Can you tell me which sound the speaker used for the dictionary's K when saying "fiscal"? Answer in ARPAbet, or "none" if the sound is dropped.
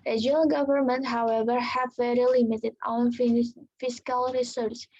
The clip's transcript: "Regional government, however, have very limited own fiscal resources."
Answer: K